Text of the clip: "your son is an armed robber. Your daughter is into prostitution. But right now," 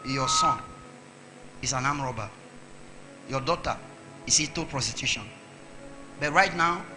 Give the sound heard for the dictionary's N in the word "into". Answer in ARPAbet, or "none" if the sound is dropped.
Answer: none